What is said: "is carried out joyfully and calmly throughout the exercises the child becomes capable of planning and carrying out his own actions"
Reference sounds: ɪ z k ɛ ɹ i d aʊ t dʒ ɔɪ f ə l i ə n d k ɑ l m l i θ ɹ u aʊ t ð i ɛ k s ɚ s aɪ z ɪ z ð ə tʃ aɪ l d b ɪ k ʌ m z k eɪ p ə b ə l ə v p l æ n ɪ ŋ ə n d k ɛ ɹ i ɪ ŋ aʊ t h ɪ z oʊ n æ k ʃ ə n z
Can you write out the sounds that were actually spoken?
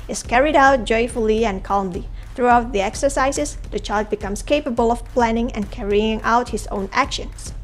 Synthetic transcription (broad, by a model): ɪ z k ɛ ɹ i d aʊ t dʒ ɔɪ f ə l i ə n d k ɑ l m l i θ ɹ u aʊ t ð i ɛ k s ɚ s aɪ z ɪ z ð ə tʃ aɪ l d b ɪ k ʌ m s k eɪ p ə b ə l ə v p l æ n ɪ ŋ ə n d k ɛ ɹ i ɪ ŋ aʊ t h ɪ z oʊ n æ k ʃ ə n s